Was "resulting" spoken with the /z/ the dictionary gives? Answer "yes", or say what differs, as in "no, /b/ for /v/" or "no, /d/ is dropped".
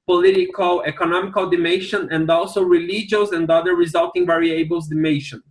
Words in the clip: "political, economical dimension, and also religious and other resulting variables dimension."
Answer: yes